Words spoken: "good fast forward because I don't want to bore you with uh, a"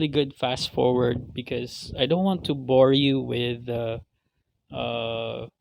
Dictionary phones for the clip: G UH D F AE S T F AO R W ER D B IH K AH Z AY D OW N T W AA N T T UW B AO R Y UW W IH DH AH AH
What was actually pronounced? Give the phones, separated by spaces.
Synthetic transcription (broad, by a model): G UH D F AE S T F AO R W ER D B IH K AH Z AY D OW N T W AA N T T UW B AO R Y UW W IH DH AH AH